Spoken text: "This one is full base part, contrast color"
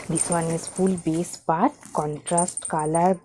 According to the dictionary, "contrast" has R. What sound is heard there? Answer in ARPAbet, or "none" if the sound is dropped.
R